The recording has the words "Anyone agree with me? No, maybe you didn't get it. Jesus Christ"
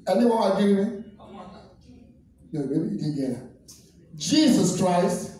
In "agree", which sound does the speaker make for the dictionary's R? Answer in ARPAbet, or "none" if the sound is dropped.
none